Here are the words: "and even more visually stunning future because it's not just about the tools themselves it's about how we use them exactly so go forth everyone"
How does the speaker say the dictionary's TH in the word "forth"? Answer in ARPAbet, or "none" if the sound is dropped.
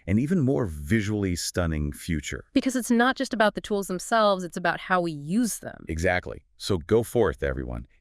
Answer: TH